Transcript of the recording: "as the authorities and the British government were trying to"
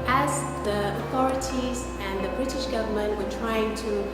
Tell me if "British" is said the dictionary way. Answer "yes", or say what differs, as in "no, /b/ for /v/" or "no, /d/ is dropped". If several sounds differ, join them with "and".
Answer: yes